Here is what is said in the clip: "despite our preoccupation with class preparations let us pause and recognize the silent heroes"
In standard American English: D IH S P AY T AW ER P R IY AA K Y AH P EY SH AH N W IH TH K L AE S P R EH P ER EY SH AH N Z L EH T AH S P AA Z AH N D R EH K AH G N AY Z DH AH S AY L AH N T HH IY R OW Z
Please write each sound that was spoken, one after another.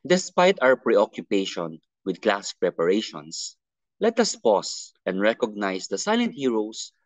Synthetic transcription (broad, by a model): D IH S P AY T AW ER P R IY AA K Y AH P EY SH AH N W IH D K L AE S P R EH P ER EY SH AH N S L EH T AH S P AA S AH N D R EH K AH G N AY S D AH S AY L AH N T HH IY R OW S